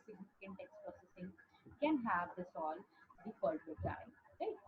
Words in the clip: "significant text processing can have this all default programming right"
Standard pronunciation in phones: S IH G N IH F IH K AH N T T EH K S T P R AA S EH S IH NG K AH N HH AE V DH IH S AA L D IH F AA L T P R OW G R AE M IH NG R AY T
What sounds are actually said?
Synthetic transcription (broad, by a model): S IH G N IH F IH K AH N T T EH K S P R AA S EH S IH NG K AH N HH AE V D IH S AA L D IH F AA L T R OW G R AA IH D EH